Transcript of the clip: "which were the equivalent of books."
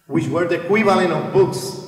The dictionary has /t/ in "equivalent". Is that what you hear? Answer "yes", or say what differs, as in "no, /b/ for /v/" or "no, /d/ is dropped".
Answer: no, /t/ is dropped